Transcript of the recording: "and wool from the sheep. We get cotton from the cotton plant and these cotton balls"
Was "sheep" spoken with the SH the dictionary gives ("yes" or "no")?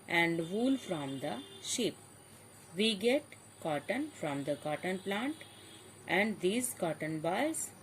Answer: yes